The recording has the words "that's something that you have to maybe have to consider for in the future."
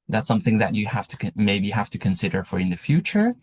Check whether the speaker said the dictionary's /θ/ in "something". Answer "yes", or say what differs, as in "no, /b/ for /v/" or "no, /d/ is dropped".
yes